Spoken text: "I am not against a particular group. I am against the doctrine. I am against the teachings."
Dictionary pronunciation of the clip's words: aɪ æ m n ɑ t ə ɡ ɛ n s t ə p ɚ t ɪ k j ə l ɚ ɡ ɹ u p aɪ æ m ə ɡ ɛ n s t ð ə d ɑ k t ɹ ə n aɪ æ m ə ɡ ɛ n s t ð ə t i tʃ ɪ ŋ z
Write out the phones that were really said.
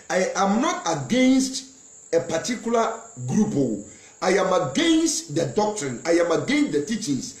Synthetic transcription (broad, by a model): aɪ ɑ m n ɑ t ə ɡ ɛ n s t ə p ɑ t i k j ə l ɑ ɡ ɹ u p aɪ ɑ m ə ɡ ɛ n s t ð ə d ɑ k t ɹ ə n aɪ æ m ə ɡ ɛ n s t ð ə t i tʃ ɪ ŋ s